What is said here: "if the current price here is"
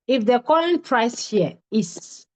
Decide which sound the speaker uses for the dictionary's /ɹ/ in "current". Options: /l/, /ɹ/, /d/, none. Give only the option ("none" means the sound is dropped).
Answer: /l/